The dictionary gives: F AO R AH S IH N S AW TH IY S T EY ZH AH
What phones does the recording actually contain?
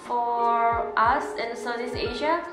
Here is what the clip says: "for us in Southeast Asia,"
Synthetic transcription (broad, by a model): F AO R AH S IH N S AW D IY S EY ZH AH